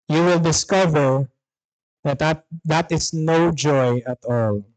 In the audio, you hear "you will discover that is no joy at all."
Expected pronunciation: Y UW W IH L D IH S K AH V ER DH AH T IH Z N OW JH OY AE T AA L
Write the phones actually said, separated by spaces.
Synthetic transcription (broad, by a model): Y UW W IH L D IH S K AH V ER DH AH T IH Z N OW JH OY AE T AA L